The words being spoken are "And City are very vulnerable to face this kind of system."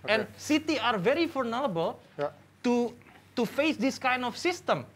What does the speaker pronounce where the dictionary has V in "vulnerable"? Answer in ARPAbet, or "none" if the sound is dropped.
F